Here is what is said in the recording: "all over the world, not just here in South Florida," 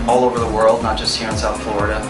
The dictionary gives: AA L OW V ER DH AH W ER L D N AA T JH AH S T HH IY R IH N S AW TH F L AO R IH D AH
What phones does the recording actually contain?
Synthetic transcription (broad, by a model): AA L OW V ER DH AH W ER L D N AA T JH AH S T HH IY R IH N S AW T F L AO R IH D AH